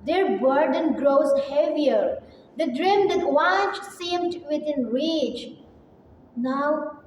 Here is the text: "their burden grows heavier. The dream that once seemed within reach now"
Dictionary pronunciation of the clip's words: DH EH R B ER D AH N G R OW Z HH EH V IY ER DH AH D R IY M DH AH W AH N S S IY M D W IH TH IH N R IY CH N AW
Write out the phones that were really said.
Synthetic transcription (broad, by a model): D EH R B ER D AH N G R OW Z HH EH V IY ER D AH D R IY M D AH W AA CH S S IY M D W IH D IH N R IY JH N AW